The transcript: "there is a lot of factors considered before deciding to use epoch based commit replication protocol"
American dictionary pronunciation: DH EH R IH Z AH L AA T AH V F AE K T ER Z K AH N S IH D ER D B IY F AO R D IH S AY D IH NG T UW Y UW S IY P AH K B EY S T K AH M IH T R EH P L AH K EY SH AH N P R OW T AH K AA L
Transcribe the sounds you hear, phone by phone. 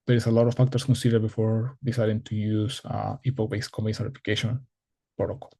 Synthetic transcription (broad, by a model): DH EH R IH S AH L AA T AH F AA K T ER S K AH N S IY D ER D B IY F AO R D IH S AY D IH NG T UW Y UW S IY P AH K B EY S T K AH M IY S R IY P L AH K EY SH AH N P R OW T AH K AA L